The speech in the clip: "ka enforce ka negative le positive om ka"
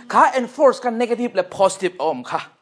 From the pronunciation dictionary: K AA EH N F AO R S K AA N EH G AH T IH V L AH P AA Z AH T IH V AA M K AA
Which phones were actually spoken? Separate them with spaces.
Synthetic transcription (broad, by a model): K AA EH N F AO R S K AA N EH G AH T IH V L AH P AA S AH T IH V AA M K AA